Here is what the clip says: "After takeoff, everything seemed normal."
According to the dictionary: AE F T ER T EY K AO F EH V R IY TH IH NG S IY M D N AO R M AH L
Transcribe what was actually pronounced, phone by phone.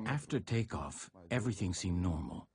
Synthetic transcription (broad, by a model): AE F T ER T EY K AO F EH V R IY TH IH NG S IY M N AO R M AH L